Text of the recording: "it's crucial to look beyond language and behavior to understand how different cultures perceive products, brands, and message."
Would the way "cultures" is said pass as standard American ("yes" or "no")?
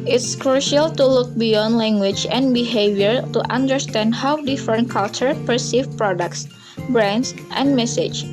no